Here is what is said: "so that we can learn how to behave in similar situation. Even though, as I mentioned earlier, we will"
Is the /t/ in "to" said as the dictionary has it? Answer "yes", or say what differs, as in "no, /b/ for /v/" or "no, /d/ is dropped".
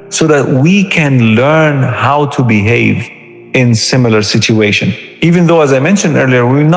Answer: yes